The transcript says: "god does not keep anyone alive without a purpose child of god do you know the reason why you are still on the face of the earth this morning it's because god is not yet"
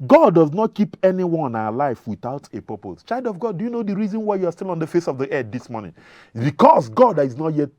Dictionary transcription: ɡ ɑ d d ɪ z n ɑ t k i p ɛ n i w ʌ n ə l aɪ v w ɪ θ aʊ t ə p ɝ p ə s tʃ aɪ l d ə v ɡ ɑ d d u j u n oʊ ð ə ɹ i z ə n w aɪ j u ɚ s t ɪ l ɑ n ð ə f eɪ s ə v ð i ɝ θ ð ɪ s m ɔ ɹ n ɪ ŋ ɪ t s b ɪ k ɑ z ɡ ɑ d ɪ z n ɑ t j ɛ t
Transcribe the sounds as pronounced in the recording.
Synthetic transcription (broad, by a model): ɡ ɑ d d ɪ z n ɑ t k i p ɛ n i w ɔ n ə l aɪ f w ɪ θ aʊ t ə p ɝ p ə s tʃ aɪ l d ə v ɡ ɑ d d u j u n oʊ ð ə ɹ i z ə n w aɪ j u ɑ s t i l ɑ n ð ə f eɪ s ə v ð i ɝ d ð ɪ s m ɔ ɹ n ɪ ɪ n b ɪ k ɑ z ɡ ɑ d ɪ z n ɑ t j ɛ t